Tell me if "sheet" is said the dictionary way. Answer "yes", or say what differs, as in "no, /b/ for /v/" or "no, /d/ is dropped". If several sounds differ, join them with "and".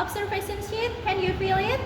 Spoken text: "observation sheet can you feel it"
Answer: no, /s/ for /ʃ/